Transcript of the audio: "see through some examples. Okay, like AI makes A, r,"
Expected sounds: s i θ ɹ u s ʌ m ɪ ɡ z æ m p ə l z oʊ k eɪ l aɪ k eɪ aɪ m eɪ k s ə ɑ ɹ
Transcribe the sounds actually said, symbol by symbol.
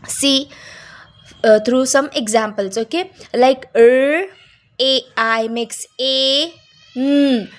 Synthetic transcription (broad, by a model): s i t ɹ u s ʌ m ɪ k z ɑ m p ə l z oʊ k eɪ l aɪ k eɪ aɪ m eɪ k s ə